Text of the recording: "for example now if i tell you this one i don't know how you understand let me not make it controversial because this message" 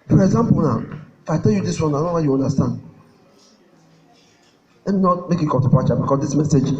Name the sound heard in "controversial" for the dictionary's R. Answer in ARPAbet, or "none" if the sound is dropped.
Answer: none